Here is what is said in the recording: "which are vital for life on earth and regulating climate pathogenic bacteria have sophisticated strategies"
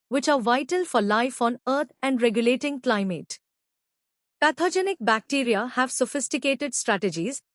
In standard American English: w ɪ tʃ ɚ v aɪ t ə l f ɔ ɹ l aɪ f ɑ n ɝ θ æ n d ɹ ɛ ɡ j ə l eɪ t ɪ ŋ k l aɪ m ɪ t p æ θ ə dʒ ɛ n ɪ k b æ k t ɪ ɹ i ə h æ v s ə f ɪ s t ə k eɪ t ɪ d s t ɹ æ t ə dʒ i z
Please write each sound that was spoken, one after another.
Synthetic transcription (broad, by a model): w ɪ tʃ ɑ v aɪ t ə l f ɔ ɹ l aɪ f ɑ n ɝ t æ n d ɹ ɛ ɡ j ə l eɪ t ɪ ŋ k l aɪ m ɪ t p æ t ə dʒ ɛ n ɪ k b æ k t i ɹ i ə h æ v s ə f ɪ s t ə k eɪ t ɪ d s t ɹ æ t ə dʒ i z